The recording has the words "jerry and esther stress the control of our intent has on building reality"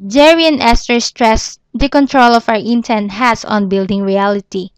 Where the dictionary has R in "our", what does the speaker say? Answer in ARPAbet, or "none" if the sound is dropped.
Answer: W